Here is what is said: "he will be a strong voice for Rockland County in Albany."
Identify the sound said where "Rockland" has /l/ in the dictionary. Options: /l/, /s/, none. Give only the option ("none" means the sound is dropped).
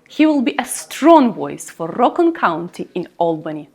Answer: none